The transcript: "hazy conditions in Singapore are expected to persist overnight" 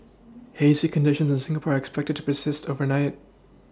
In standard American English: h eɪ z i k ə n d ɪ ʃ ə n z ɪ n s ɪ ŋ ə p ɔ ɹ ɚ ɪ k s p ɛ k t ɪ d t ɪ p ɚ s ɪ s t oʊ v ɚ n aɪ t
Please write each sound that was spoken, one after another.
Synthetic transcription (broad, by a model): h eɪ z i k ə n d ɪ ʃ ə n z ɪ n s ɪ ŋ ə p ɔ ɹ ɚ ɪ k s p ɛ k t ɪ d t ɪ p ɚ s ɪ s t oʊ v ɚ n aɪ t